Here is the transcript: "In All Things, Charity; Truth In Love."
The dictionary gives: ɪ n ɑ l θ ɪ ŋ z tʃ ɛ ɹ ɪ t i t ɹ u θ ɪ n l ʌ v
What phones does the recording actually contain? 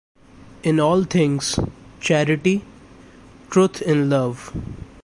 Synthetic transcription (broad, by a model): ɪ n ɑ l t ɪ ŋ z tʃ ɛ ɹ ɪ t i t ɹ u t ɪ n l ʌ v